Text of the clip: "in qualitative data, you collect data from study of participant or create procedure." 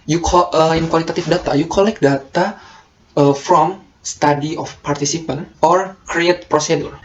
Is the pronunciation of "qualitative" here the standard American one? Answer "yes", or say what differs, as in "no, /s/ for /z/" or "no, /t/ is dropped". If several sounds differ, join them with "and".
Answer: no, /f/ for /v/